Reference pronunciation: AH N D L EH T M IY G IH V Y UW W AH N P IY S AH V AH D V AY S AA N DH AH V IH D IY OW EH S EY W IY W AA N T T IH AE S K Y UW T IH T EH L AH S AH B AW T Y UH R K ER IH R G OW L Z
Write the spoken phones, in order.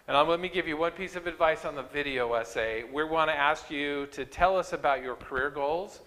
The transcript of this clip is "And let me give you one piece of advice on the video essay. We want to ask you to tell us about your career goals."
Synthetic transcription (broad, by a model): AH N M L EH T M IY G IH V Y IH W AH N P IY S AH V AH D V AY S N DH AH V IH D IY OW EH S EY W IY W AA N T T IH AE S K Y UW T IH T EH L AH S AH B AW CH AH R K ER IH R G OW L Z